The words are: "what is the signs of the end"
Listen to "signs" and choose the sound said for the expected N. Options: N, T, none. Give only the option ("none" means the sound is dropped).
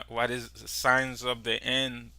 N